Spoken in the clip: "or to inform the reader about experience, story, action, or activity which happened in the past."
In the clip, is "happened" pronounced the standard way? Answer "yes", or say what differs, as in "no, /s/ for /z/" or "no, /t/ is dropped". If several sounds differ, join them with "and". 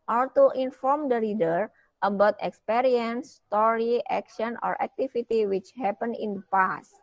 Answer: no, /d/ is dropped